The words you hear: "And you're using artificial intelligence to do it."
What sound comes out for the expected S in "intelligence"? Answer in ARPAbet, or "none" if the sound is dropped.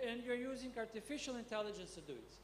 S